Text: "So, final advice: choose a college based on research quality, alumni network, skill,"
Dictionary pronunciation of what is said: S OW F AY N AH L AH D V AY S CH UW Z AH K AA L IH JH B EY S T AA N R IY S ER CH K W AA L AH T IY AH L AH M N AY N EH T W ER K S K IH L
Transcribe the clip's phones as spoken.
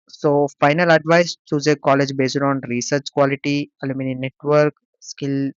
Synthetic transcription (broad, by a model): S OW F AY N AH L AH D V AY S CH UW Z AH K AA L IH JH B EY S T AA N R IY S ER CH K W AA L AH T IY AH L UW M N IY N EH T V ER K S K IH L